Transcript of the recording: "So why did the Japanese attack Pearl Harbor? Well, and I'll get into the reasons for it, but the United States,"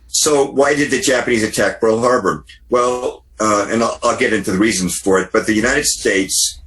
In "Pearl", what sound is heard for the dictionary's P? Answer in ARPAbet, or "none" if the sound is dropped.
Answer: B